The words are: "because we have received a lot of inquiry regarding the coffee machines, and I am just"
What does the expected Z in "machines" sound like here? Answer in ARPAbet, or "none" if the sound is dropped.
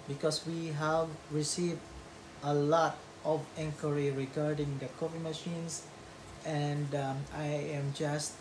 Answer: S